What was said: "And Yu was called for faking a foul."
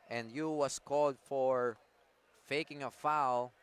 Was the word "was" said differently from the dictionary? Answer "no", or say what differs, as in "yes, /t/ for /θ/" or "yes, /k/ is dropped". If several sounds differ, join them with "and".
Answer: yes, /s/ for /z/